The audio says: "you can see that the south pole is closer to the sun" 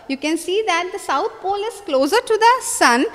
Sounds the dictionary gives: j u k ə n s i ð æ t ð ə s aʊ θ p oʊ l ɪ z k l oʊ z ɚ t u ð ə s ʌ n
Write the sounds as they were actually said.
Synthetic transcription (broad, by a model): j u k ə n s i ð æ t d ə s aʊ t p oʊ l ɪ z k l oʊ z ɚ t u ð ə s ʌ n